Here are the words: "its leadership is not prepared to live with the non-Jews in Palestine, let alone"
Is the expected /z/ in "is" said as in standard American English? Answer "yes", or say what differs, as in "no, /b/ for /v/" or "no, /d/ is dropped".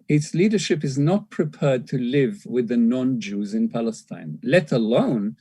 yes